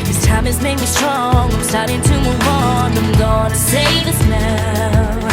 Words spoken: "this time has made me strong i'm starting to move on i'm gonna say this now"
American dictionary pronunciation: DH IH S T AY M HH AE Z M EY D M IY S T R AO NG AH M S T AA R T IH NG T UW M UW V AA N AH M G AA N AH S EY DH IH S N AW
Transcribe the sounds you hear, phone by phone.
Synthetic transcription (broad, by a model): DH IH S T AY M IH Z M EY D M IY S T R AO NG AH M S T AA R T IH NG T UW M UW W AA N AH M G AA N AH S EY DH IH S N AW